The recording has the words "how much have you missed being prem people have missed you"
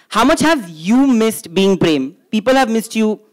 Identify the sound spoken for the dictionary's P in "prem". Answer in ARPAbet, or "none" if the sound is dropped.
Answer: P